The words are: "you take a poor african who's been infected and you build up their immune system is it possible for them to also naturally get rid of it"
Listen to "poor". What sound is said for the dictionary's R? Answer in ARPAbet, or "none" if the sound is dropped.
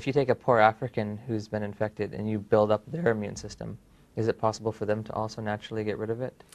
R